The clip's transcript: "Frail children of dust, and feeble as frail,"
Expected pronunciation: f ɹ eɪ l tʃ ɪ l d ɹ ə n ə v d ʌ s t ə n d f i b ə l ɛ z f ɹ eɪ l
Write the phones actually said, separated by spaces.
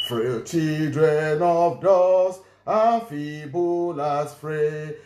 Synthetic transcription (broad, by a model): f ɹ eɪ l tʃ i d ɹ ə n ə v d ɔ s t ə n f i b ə l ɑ s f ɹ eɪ